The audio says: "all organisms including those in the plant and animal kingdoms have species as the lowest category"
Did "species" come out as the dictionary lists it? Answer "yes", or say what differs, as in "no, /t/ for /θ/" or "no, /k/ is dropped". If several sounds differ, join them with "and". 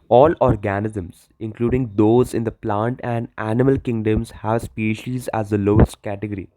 yes